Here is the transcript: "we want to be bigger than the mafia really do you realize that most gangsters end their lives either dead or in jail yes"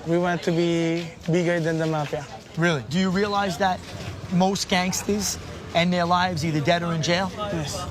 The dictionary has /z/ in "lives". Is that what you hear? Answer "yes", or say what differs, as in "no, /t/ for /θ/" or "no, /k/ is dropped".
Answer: yes